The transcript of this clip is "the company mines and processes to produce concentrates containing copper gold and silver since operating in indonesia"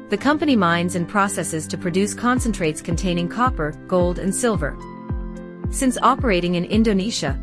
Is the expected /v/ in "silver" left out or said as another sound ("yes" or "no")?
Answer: no